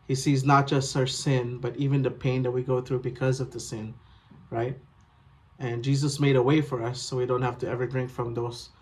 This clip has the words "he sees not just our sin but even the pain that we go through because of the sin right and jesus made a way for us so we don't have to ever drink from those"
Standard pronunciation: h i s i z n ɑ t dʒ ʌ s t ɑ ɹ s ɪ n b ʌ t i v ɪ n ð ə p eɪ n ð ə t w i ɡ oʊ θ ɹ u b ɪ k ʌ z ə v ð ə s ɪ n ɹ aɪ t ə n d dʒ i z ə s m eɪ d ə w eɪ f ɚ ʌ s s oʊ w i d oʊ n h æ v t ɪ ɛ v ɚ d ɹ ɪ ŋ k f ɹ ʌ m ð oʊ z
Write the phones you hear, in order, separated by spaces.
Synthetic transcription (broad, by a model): h i s i z n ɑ t dʒ ʌ s t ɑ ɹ s ɪ n b ʌ t i v ɪ n ð ə p eɪ n ð ə t w i ɡ oʊ θ ɹ u b ɪ k ʌ z ə v ð ə s ɪ n ɹ aɪ t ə n dʒ i z ə s m eɪ d ə w eɪ f ɚ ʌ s s oʊ w i d oʊ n h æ f t ɪ ɛ v ɚ d ɹ ɪ ŋ k f ɹ ʌ m ð oʊ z